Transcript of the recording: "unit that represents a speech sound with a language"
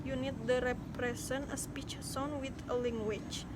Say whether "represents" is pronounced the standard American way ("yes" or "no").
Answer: no